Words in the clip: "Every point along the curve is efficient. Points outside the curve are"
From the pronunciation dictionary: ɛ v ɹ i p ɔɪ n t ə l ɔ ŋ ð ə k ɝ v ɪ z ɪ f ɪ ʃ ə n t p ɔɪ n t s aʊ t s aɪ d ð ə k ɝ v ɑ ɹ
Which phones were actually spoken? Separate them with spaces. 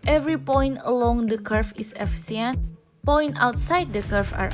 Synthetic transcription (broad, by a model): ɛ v ɹ i p ɔɪ n t ə l ɔ ŋ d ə k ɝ f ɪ s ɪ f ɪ s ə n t p ɔɪ n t aʊ t s aɪ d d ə k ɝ f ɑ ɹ